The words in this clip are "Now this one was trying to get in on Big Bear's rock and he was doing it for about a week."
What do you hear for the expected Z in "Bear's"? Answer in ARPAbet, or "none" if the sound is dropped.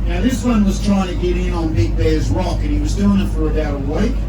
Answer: Z